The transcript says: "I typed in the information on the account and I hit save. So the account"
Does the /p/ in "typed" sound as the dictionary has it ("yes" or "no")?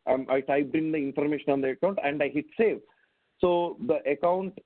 no